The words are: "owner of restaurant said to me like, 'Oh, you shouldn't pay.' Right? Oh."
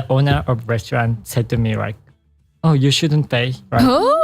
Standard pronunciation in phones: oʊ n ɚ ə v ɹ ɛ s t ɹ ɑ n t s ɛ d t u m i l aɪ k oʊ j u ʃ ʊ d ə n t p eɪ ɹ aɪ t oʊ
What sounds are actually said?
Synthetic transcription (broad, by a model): oʊ n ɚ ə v ɹ ɛ s t ɹ ɑ n t s ɛ d t u m i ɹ aɪ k oʊ j u ʃ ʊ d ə n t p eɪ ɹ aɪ oʊ